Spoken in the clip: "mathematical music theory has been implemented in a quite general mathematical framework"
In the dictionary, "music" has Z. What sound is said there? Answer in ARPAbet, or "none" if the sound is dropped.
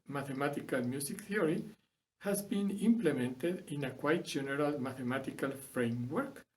S